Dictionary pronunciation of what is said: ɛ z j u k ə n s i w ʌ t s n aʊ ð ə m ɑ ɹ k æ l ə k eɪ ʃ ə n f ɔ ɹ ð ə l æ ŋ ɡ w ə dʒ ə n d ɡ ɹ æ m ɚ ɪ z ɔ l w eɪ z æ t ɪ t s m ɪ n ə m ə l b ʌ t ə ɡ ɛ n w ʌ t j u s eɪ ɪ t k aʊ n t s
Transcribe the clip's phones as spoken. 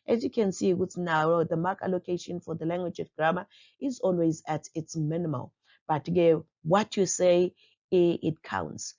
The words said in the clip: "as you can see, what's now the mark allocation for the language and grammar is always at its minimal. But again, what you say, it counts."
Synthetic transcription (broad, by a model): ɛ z j u k ə n s i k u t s n aʊ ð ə m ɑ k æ l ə k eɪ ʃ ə n f ɔ ɹ ð ə l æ ŋ ɡ w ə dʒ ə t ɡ ɹ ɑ m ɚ ɪ z ɔ l w eɪ z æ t ɪ t s m ɪ n ə m ə l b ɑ t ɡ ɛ w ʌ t j u s eɪ ɪ t k aʊ n t s